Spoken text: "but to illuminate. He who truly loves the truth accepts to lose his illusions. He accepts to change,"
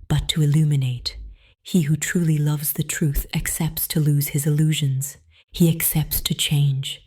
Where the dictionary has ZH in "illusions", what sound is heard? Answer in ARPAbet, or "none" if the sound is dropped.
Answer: ZH